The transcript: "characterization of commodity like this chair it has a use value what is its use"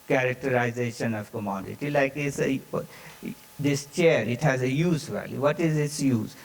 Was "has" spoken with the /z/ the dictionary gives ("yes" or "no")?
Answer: yes